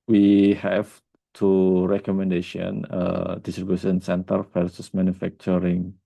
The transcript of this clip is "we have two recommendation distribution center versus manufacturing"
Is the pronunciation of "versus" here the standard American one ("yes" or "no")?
no